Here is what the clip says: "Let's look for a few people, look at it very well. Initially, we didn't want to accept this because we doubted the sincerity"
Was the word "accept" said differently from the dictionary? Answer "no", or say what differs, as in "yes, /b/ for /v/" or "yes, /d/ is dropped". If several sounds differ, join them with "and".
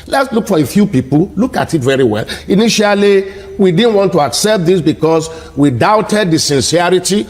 no